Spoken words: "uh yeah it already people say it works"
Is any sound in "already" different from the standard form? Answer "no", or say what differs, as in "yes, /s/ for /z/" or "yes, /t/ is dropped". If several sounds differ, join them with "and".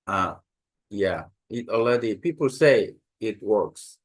yes, /l/ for /ɹ/